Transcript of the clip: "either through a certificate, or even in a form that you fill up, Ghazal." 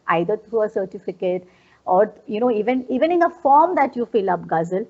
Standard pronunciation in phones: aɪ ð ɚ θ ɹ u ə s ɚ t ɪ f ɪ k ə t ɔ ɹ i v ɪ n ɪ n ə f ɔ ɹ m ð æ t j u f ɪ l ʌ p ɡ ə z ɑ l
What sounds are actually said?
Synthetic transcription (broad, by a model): aɪ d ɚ t ɹ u ə s ɚ t ɪ f ɪ k ə t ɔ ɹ i v ɪ n ɪ n ə f ɔ ɹ m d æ t j u f ɪ l ʌ p ɡ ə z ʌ l